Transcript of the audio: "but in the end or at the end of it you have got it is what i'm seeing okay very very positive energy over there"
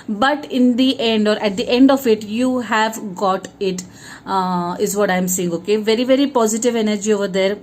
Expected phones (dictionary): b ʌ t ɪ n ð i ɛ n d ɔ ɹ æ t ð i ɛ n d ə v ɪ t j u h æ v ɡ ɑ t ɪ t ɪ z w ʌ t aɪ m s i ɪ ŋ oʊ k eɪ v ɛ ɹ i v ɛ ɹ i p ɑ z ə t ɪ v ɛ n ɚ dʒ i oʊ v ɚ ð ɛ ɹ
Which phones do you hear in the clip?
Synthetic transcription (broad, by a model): b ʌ t ɪ n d i ɛ n d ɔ ɹ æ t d i ɛ n d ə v ɪ t j u h æ v ɡ ɑ t ɪ t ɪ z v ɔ t aɪ m s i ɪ ŋ oʊ k eɪ v ɛ ɹ i v ɛ ɹ i p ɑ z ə t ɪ v ɛ n ɚ dʒ i oʊ v ɚ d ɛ ɹ